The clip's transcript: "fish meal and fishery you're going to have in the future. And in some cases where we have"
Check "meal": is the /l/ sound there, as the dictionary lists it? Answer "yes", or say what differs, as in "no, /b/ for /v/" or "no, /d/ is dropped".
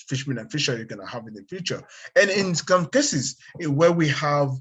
no, /n/ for /l/